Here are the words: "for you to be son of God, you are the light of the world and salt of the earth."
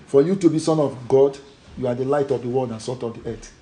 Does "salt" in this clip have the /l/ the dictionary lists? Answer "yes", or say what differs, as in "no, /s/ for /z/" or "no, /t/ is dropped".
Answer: no, /l/ is dropped